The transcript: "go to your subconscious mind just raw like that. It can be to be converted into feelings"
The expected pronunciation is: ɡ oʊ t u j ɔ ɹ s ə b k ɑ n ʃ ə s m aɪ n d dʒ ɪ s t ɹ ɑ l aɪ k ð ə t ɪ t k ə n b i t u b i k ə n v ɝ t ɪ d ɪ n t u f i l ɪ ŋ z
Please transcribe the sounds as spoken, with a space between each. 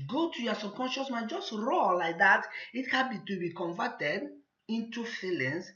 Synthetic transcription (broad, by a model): ɡ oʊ t u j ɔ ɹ s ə k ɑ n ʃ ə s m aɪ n dʒ ɪ s t ɹ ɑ l aɪ k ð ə t ɪ t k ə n b i t u b i k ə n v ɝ t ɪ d ɪ n t u f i l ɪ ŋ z